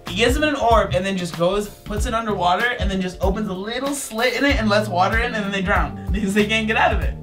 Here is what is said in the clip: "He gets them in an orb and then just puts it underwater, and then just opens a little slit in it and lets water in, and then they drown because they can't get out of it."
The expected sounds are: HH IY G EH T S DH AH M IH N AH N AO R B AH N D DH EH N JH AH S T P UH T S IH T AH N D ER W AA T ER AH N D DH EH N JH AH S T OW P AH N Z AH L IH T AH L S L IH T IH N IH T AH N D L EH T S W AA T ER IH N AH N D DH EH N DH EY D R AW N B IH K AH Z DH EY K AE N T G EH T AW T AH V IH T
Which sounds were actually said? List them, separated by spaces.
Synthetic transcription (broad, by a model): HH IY G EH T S DH AH M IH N AH N AO R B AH N DH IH N JH AH S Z P UH T S IH T AH N D ER W AA T ER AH N DH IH N JH AH S T OW P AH N Z AH L IH T L S L IH T IH N IH T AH N L EH T S W AA T ER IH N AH N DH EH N DH EY D R AW N B IH K AH Z DH EY K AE N G EH T AW T AH V IH T